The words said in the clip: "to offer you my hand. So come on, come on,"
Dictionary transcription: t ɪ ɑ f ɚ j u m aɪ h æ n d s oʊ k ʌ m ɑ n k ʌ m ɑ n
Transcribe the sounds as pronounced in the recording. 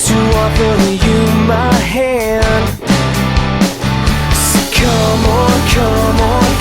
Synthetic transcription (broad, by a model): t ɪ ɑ p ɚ j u m aɪ h æ n d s k ʌ m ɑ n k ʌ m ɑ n